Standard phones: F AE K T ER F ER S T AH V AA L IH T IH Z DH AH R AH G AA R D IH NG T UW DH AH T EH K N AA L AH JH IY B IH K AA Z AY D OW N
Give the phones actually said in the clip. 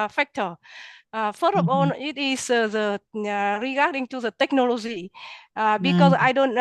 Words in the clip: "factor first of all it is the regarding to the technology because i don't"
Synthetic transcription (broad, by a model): F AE K T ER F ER T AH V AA N IH T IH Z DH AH R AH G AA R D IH NG T UW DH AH T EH K N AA L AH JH IY B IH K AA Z AY D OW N